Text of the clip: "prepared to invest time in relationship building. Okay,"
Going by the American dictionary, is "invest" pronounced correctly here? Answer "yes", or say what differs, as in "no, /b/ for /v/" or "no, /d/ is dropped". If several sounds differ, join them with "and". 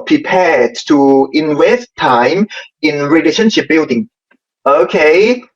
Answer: no, /w/ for /v/